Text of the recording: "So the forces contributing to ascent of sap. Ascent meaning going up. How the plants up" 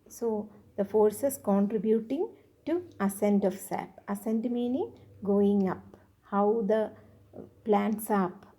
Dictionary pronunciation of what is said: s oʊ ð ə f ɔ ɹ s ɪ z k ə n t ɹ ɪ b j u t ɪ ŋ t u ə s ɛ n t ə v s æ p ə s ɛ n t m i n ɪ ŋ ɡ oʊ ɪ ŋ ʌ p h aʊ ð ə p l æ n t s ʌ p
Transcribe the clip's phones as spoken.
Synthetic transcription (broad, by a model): s oʊ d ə f ɔ ɹ s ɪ s k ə n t ɹ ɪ b j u t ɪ ŋ t u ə s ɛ n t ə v s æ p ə s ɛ n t m i n ɪ ŋ ɡ oʊ ɪ ŋ ʌ p h aʊ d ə p l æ n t s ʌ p